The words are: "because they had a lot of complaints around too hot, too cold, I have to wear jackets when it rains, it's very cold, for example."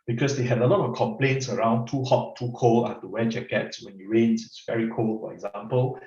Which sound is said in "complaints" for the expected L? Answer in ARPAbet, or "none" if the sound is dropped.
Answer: L